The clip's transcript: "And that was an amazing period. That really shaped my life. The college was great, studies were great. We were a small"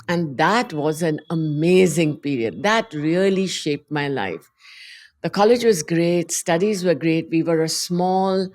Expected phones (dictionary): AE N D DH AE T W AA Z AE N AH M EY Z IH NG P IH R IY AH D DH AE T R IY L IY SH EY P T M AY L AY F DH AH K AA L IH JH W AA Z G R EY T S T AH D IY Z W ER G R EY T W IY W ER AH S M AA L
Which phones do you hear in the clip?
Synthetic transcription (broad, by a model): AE N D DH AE T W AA Z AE N AH M EY Z IH NG P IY R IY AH D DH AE T R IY L IY SH EY P T M AY L AY F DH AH K AA L IH JH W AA Z G R EY T S T AH D IY Z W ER G R EY T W IY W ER AH S M AA L